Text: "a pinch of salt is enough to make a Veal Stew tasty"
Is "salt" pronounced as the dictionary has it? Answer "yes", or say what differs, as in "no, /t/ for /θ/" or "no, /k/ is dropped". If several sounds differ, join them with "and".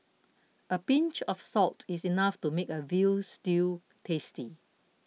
yes